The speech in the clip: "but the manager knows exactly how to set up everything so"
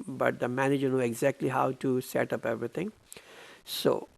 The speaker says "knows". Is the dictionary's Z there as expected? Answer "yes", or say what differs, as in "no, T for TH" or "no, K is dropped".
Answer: no, Z is dropped